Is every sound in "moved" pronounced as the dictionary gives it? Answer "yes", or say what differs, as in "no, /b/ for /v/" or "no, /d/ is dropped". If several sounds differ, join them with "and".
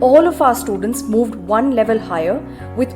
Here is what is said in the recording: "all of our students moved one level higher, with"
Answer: yes